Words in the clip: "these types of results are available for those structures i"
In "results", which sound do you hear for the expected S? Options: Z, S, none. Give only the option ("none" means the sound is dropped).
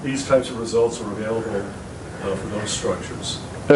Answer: S